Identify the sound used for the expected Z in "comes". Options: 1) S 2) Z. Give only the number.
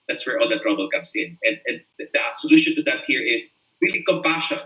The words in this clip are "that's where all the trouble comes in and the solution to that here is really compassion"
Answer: 1